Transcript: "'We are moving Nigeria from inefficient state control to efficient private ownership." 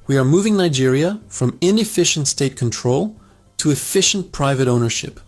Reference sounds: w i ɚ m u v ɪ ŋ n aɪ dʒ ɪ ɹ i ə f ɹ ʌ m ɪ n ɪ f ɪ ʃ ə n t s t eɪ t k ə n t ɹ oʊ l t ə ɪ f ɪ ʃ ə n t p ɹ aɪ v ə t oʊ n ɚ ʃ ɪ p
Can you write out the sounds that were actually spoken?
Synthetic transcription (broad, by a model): w i ɚ m u v ɪ ŋ n aɪ dʒ ɪ ɹ i ə f ɹ ʌ m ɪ n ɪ f ɪ ʃ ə n t s t eɪ t k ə n t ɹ oʊ l t ə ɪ f ɪ ʃ n p ɹ aɪ v ə t oʊ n ɚ ʃ ɪ p